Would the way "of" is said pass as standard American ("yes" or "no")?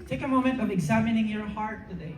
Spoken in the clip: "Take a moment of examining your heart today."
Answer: yes